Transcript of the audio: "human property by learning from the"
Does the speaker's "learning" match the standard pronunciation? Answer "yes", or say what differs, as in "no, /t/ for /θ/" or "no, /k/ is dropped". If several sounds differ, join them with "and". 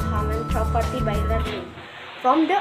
no, /n/ is dropped